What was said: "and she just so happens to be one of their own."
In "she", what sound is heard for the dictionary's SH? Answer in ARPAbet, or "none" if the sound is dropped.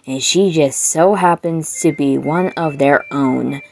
SH